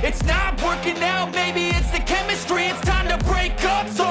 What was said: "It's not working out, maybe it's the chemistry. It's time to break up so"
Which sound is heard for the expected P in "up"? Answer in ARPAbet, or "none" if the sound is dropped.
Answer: P